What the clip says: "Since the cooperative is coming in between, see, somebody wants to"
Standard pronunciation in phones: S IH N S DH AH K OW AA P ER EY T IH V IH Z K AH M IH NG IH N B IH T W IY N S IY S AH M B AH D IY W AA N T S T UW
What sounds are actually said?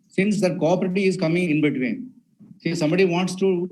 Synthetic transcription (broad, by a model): S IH N S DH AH K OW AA P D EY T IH IH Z K AH M IH NG IH N B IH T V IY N S IY S AH M B AH D IY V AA N T S T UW